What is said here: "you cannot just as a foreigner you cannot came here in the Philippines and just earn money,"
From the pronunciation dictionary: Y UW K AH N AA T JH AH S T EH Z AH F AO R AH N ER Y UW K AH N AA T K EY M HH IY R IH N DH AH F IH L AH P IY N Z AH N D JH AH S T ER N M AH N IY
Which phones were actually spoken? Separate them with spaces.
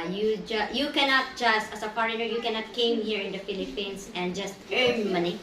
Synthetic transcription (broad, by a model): Y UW K AH N AA T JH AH S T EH S AH F AO R AH N ER Y UW K AH N AA T K EY M HH IY R IH N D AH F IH L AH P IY N S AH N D JH AH S T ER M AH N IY